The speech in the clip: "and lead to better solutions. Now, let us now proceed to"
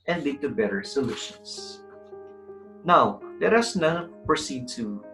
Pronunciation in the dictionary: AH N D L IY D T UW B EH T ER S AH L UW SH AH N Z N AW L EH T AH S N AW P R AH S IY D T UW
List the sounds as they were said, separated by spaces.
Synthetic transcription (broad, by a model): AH N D L IY D T UW B EH T ER S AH L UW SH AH N S N AW L EH T AH S N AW P R AH S IY D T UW